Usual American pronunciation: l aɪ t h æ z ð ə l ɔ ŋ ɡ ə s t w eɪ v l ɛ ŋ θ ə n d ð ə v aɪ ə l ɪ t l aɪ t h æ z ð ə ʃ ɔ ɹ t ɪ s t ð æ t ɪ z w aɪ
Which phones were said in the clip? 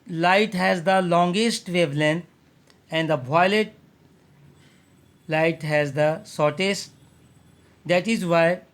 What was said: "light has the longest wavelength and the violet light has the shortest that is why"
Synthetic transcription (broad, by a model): l aɪ t h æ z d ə l ɔ ŋ ɡ ə s t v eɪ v l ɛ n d ə n d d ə b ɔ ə l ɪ t l aɪ t h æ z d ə s ɔ ɹ t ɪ s t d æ t ɪ z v aɪ